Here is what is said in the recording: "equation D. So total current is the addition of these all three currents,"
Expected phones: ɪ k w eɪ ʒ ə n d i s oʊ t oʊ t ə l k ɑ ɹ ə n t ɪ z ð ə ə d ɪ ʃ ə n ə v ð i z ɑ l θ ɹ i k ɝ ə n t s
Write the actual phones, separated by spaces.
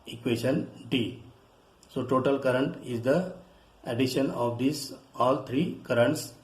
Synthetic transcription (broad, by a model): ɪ k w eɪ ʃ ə n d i s oʊ t oʊ t ə l k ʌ ɹ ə n t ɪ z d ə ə d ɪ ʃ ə n ə v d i s ɑ l t ɹ i k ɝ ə n t s